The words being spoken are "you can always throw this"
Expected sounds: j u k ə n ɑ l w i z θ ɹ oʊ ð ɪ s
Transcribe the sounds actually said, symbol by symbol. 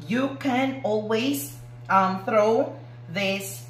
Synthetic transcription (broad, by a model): j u k ə n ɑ l w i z θ ɹ oʊ ð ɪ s